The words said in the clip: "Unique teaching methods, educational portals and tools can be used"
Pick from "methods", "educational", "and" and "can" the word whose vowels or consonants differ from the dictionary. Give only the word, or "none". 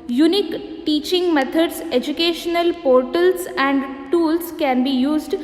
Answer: methods